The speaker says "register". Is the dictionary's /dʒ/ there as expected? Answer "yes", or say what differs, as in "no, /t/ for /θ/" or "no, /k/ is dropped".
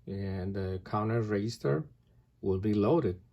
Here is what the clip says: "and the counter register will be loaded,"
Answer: no, /dʒ/ is dropped